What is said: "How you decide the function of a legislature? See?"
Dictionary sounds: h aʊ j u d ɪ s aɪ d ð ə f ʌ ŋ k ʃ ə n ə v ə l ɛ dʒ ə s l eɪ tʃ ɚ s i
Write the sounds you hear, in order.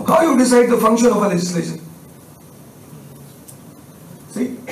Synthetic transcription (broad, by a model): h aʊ j u d ɪ s aɪ d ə f ʌ ŋ k ʃ ə n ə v ə l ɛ dʒ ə s l eɪ ʃ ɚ s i